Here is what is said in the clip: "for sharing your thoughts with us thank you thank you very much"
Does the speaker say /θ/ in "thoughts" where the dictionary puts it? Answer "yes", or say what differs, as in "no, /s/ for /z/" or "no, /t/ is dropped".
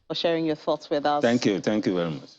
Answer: yes